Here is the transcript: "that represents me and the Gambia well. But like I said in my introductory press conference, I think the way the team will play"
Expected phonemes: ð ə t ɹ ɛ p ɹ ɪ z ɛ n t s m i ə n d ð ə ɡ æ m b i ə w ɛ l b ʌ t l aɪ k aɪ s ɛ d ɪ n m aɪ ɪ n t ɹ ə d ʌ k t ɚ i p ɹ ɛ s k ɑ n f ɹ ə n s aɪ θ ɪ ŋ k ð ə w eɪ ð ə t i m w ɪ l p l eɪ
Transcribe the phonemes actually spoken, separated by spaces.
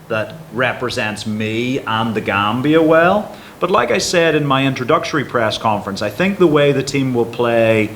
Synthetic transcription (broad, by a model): ð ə t ɹ ɛ p ɹ ɪ z ɛ n t s m i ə n ð ə ɡ æ m b i ə w ɛ l b ʌ t l aɪ k aɪ s ɛ d ɪ n m aɪ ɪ n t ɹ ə d ʌ k t ɚ i p ɹ ɛ s k ɑ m f ɹ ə n s aɪ θ ɪ ŋ k ð ə w eɪ ð ə t i m w ɪ l p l eɪ